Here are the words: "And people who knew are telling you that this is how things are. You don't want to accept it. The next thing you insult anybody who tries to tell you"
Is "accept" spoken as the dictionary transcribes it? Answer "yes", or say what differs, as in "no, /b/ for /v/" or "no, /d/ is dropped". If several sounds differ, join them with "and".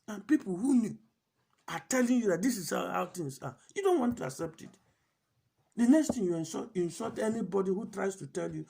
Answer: yes